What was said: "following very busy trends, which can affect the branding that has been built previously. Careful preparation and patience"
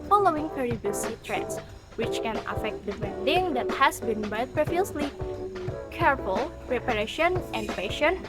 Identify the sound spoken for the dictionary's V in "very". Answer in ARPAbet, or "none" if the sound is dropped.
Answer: P